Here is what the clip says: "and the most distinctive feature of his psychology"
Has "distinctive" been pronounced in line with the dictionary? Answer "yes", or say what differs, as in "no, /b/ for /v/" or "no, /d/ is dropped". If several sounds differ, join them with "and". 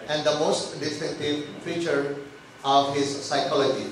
no, /ŋ/ is dropped